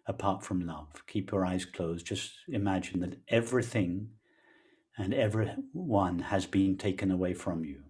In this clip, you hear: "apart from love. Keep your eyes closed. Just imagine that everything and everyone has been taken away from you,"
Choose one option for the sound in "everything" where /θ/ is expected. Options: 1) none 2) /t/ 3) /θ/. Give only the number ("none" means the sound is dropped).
3